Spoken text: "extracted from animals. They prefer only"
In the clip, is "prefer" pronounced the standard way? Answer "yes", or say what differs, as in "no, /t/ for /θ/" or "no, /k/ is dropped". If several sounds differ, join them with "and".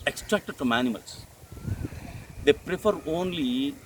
yes